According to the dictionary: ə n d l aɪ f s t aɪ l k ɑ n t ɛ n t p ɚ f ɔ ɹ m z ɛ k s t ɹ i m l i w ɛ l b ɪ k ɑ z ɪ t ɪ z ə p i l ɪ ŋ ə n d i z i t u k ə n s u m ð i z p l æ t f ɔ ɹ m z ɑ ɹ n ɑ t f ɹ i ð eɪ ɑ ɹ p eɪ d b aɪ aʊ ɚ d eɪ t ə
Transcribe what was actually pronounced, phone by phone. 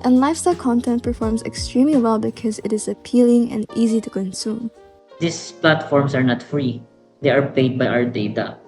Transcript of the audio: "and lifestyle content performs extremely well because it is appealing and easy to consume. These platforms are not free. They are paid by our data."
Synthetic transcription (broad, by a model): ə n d l aɪ f s t aɪ l k ɑ n t ɛ n t p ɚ f ɔ ɹ m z ɛ k s t ɹ i m l i w ɛ l b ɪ k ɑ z ɪ t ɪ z ə p i l ɪ ŋ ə n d i z i t u k ə n s u m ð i s p l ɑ t f ɔ ɹ m s ɑ ɹ n ɑ t f ɹ i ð eɪ ɑ ɹ p eɪ d b aɪ aʊ ɚ d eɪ t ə